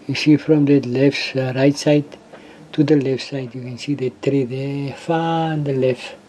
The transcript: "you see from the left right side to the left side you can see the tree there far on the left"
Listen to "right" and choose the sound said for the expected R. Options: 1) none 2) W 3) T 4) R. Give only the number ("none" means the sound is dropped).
4